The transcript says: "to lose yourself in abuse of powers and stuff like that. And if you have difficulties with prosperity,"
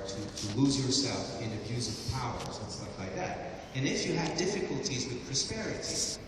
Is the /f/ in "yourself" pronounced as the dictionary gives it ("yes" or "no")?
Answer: yes